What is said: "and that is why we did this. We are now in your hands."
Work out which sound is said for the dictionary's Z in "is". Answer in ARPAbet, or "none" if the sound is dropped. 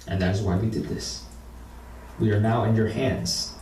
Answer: Z